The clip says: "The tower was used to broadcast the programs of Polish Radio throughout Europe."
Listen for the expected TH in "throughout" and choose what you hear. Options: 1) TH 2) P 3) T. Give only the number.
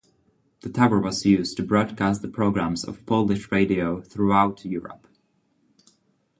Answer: 1